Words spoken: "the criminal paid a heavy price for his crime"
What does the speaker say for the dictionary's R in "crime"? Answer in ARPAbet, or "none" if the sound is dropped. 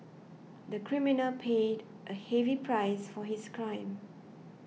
R